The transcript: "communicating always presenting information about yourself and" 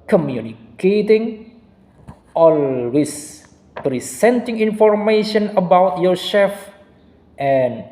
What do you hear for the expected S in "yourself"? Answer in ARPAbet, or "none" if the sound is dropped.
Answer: SH